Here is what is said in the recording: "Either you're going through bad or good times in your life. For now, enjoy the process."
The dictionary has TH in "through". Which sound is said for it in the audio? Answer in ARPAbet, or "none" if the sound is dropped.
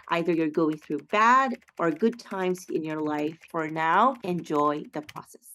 TH